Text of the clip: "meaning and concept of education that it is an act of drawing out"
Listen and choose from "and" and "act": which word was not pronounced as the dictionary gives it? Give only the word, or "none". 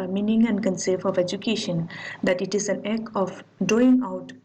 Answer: act